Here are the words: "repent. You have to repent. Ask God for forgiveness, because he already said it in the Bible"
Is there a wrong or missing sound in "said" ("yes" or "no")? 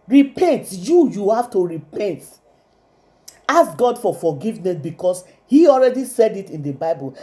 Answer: no